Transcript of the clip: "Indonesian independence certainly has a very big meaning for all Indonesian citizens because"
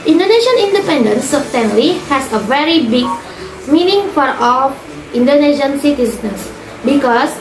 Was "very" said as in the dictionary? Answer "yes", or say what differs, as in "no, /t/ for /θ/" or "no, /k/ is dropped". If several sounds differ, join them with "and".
yes